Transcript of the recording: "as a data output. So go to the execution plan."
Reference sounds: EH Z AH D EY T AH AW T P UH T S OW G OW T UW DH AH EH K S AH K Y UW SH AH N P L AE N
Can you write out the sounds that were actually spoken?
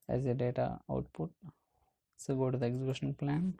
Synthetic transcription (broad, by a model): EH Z AH D EY T AH AW T P UH T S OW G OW T UW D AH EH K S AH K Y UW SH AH N P L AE N